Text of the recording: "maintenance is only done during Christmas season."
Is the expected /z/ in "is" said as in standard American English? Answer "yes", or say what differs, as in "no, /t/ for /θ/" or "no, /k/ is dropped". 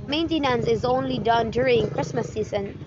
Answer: yes